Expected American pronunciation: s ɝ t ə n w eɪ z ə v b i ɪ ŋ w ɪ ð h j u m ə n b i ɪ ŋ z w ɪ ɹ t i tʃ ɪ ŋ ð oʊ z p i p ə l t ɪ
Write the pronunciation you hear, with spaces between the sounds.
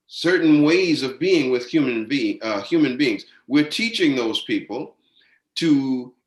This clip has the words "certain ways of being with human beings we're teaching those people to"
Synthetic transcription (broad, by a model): s ɝ t n w eɪ z ə v b i ɪ ŋ w ɪ ð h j u m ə n b i ɪ ŋ z w ɪ ɹ t i tʃ ɪ ŋ ð oʊ z p i p l t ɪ